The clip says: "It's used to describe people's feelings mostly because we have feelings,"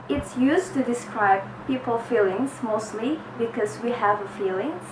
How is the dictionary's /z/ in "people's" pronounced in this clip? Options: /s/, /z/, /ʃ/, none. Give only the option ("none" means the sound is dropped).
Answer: none